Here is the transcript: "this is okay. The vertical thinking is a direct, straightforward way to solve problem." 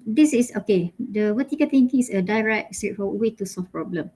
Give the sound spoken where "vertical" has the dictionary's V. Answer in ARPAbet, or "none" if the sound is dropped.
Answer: W